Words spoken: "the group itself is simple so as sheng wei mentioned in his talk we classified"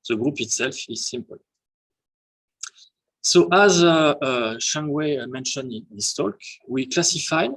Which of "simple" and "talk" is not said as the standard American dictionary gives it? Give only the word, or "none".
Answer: none